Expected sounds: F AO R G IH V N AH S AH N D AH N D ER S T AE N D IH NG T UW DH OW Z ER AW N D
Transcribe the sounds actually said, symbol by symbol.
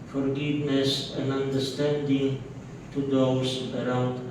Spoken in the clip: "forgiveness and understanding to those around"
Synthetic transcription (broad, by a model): F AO R G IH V N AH S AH N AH N D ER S T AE N D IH NG T UW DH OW S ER AW N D